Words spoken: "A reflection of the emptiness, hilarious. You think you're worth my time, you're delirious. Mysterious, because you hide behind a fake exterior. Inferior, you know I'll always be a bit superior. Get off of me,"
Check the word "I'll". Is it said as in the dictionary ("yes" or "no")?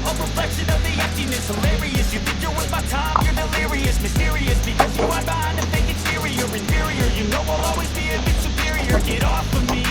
no